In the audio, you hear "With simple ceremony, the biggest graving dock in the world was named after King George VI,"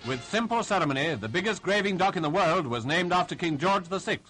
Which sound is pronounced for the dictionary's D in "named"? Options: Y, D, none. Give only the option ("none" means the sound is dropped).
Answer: D